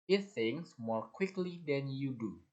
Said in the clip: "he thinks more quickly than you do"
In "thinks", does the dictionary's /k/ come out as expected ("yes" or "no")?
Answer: no